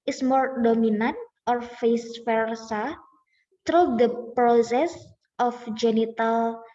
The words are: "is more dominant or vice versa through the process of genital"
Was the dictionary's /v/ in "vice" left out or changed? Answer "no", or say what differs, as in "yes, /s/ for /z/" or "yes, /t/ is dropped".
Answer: yes, /f/ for /v/